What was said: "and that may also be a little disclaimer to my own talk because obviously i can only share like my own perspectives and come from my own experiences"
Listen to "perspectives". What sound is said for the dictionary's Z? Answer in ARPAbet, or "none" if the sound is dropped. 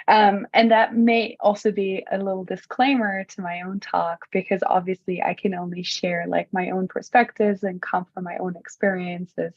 Z